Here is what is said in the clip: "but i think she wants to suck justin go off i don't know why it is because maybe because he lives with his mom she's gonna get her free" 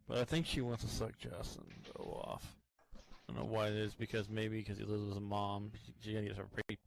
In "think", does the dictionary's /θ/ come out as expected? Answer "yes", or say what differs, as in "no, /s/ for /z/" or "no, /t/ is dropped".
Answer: yes